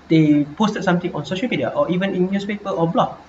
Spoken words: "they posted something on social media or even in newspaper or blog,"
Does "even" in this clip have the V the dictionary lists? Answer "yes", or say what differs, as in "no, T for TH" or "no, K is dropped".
yes